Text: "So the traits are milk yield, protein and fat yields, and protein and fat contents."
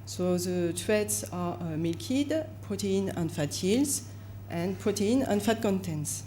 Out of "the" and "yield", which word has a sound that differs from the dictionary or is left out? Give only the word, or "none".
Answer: yield